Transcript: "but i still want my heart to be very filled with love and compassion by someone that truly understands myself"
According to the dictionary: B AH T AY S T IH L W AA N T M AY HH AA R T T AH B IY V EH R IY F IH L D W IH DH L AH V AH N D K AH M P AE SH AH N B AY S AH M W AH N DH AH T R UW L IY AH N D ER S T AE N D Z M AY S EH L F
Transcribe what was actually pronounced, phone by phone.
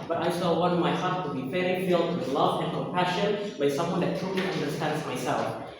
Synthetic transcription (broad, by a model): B AH T AY S T IH L W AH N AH M AY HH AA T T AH B IY F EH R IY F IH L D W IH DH L AH V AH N K AH M P AE SH AH N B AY S AH M W AH N DH AH T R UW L IY AH N D ER S T AE N D Z M AY S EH L F